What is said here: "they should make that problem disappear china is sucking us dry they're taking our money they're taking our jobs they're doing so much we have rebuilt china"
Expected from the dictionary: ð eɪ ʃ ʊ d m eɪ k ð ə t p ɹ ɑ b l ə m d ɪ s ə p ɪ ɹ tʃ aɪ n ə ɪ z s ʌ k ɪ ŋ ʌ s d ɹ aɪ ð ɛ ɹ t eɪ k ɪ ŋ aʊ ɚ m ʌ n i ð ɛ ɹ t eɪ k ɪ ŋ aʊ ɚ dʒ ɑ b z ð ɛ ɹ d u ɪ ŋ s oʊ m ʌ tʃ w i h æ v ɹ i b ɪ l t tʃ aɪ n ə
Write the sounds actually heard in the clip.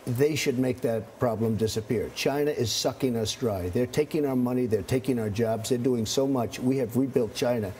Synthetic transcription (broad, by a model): ð eɪ ʃ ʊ d m eɪ k ð ə t p ɹ ɑ b l ə m d ɪ s ə p ɪ ɹ tʃ aɪ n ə ɪ z s ʌ k ɪ ŋ ʌ s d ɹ aɪ ð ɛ ɹ t eɪ k ɪ ŋ aʊ ɚ m ʌ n i ð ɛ ɹ t eɪ k ɪ ŋ aʊ ɚ dʒ ɑ b z ð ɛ ɹ d u ɪ ŋ s oʊ m ʌ tʃ w i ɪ v ɹ i b ɪ l t tʃ aɪ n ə